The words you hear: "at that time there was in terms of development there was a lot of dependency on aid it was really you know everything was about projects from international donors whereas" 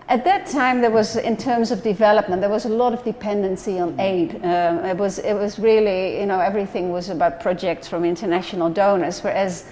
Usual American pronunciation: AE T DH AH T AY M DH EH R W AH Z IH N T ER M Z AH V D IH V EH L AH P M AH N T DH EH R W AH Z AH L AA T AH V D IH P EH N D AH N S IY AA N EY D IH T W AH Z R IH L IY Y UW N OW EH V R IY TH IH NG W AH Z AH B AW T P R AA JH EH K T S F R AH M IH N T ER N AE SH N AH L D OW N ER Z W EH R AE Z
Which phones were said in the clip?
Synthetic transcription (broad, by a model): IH T DH AH T AY M DH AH R W AH Z IH N T ER M Z AH V D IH V EH L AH P M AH N DH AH R W AH Z AH L AA T AH V D IH P EH N D AH N S IY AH N EY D IH T W AH Z R IH L IY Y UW N OW EH V R IY TH IH NG W AH Z AH B AW T P R AA JH EH K T S F R AH M IH N T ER N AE SH N L D OW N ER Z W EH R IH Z